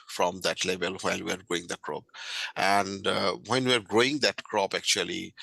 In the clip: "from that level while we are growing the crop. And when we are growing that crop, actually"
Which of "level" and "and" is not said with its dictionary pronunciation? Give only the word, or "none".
level